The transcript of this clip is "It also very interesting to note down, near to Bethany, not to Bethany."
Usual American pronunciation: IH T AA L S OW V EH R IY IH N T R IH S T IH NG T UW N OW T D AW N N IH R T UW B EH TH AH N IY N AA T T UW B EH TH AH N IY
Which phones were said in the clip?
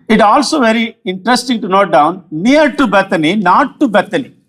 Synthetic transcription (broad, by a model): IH T AA L S OW V EH R IY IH N T R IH S T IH NG T UW N OW T D AW N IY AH R T UW B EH T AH N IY N AA T T UW B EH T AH N IY